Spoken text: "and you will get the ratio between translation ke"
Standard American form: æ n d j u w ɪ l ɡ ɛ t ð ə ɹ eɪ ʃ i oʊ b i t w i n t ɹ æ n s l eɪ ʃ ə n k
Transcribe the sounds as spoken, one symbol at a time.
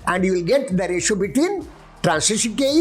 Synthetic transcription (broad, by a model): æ n d j u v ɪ l ɡ ɛ t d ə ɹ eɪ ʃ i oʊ b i t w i n t ɹ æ n s eɪ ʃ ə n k